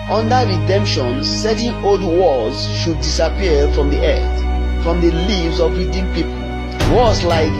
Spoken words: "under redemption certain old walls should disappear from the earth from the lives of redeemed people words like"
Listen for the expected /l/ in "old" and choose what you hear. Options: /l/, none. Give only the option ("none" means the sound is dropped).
/l/